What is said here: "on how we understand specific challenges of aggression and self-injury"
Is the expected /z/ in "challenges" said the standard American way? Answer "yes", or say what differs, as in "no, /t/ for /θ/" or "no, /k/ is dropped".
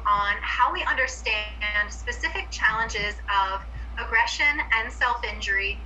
yes